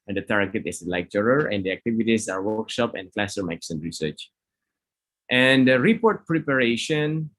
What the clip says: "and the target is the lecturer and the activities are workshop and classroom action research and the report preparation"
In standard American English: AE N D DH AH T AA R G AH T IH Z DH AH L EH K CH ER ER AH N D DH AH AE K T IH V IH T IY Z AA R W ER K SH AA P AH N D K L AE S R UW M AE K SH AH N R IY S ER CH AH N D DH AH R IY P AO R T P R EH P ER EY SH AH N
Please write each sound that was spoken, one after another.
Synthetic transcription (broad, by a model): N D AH T AA R G AH T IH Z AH L EH K CH ER ER AH N D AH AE K T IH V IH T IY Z AA R W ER K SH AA P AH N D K L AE S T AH M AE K S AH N R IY S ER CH AH N D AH R IY P AO R T P R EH P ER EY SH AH N